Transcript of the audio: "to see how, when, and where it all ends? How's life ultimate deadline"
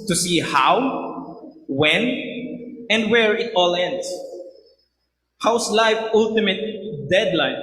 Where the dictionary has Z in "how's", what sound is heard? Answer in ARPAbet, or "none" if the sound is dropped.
S